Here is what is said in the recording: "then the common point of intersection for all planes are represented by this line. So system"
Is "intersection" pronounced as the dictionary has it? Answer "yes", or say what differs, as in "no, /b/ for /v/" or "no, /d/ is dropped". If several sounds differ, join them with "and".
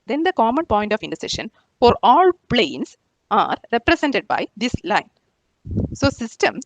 no, /k/ is dropped